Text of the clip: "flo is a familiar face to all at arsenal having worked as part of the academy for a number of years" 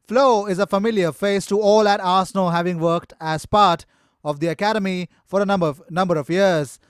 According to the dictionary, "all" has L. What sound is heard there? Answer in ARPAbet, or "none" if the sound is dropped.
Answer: L